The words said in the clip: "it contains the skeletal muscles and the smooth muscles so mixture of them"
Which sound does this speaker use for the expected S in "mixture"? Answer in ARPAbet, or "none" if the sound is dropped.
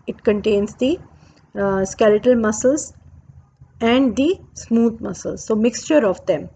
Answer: S